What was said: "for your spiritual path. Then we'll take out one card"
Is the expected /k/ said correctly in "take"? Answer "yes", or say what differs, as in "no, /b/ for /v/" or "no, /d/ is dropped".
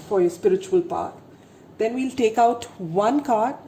yes